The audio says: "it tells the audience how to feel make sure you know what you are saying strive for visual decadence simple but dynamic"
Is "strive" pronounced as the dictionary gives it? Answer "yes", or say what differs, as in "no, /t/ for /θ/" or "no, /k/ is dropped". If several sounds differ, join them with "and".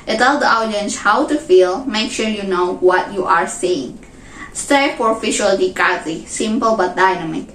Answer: no, /ɹ/ is dropped